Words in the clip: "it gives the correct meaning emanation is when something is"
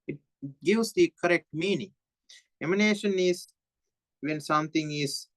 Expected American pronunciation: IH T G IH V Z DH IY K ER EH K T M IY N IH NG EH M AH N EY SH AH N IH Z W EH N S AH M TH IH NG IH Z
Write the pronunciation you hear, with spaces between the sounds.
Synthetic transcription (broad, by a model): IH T G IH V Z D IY K ER EH K T M IY N IH NG EH M AH N EY SH AH N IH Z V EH N S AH M T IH NG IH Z